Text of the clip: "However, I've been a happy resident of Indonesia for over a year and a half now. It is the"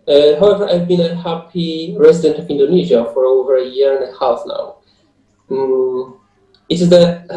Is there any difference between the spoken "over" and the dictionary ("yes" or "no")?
no